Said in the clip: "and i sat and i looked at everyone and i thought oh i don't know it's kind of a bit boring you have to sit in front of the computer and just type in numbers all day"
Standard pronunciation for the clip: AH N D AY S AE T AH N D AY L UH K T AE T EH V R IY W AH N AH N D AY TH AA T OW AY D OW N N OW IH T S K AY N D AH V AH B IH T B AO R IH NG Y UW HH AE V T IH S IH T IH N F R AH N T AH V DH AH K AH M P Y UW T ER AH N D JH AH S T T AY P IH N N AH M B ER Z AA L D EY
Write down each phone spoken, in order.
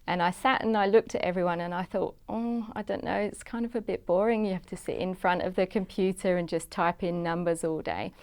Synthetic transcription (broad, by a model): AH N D AY S AE T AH N AY L UH K T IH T EH V R IY W AH N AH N AY TH AA T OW AY D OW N N OW IH T S K AY N D AH V AH B IH T B AO R IH NG Y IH HH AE F T IH S IH T IH N F R AH N T AH V DH AH K AH M P Y UW T ER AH N JH AH S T T AY P IH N N AH M B ER Z AA L D EY